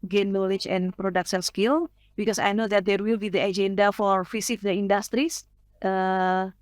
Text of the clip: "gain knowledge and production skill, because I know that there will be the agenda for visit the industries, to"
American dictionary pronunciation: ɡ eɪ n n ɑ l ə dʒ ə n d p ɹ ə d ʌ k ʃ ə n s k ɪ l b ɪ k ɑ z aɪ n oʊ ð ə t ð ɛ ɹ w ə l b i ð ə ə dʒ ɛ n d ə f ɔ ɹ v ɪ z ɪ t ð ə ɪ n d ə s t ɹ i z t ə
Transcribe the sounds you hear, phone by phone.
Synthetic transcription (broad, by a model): ɡ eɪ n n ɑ l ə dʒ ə n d p ɹ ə d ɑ k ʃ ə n s k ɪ l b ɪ k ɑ s aɪ n oʊ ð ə t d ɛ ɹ w ə l b i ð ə ə dʒ ɛ n d ə f ɔ ɹ f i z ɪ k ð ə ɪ n d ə s t ɹ i s t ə